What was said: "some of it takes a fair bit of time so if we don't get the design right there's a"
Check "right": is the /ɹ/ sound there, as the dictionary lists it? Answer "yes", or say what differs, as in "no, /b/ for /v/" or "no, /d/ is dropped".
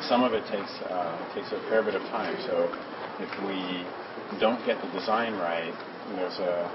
yes